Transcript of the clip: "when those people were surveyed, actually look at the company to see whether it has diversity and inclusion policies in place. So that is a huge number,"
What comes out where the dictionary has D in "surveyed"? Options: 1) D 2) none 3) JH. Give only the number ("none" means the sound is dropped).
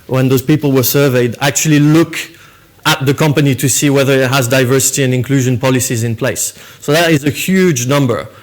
1